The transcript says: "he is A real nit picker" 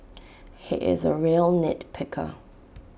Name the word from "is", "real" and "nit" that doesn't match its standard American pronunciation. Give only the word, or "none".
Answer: none